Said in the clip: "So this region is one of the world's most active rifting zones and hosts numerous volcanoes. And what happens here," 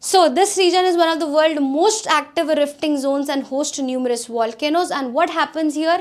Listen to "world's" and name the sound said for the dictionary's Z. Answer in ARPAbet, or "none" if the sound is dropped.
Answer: none